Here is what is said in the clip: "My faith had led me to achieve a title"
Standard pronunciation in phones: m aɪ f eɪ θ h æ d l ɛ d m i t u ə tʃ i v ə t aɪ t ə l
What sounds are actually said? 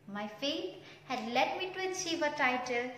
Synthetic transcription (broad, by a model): m aɪ f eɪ t h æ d l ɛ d m i t u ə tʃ i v ə t aɪ t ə l